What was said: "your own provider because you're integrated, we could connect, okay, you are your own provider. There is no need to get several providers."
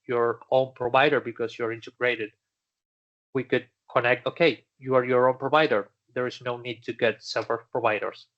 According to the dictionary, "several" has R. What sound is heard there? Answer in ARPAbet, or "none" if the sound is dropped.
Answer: none